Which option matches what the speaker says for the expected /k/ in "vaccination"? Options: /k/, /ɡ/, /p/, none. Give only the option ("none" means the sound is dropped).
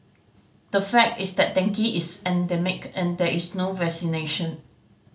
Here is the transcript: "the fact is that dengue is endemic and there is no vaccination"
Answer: none